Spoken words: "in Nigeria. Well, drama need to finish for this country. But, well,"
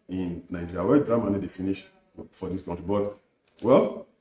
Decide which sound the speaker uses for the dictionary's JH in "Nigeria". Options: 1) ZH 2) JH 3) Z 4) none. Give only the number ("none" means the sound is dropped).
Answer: 4